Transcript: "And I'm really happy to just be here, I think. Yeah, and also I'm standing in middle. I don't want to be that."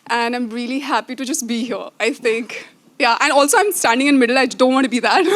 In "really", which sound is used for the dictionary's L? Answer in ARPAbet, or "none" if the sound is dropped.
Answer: L